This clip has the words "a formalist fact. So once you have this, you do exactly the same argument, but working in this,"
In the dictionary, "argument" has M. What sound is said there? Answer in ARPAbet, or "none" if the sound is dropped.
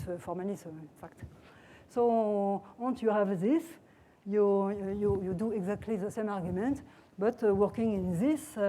M